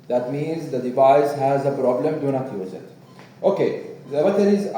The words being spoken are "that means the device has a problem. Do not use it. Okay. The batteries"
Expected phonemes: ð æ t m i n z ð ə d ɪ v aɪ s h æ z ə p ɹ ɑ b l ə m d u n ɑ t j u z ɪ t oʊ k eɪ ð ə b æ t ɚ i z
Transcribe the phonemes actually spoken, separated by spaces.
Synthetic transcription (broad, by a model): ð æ t m i n z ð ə d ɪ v aɪ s h æ z ə p ɹ ɑ b l ə m d u n ɑ t j u z ɪ t oʊ k eɪ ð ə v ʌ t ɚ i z